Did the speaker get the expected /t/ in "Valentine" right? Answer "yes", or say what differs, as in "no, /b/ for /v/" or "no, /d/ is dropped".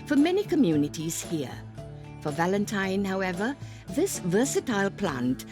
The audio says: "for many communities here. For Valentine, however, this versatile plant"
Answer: yes